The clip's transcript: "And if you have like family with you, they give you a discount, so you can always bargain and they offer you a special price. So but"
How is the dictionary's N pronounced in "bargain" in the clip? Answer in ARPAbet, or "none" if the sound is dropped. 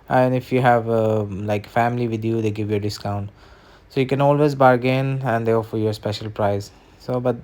N